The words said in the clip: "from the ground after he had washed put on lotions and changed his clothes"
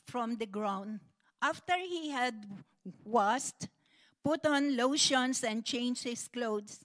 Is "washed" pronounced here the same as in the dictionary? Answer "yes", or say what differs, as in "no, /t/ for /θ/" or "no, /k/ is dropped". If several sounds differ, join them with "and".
no, /s/ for /ʃ/